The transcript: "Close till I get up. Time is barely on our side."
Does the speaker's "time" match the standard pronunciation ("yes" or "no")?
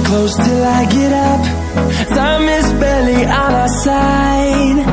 no